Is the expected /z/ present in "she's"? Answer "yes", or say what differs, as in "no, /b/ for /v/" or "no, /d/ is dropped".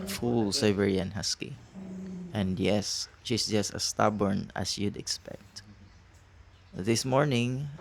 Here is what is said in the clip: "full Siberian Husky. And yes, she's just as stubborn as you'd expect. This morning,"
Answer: no, /s/ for /z/